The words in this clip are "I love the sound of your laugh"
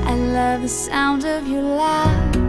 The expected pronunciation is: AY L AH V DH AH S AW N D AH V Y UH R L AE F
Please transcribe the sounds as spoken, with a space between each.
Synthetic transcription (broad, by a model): AY L AH V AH S AW N D AH V Y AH R L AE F